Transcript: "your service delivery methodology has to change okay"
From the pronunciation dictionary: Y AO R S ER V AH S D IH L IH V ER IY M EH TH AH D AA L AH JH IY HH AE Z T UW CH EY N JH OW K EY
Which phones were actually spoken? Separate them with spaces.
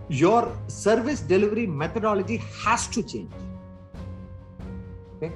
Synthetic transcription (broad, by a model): Y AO R S ER V AH S D IH L IH V ER IY M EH T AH D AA L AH JH IY HH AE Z T UW CH EY N JH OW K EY